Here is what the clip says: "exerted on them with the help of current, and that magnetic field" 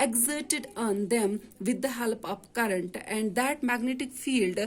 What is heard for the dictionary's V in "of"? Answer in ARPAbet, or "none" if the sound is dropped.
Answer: P